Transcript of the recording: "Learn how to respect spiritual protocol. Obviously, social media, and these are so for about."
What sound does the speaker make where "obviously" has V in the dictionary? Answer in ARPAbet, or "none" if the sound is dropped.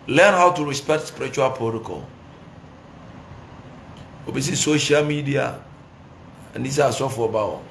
none